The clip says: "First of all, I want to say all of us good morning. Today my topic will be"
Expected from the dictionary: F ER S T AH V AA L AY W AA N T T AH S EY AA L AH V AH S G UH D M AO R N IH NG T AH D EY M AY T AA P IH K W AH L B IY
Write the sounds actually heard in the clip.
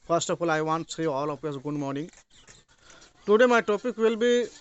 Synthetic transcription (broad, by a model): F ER S T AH F AA L AY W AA N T S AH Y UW AA L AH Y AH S G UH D M AO R N IH NG T AH D EY M AY T AA P IH K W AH L B IY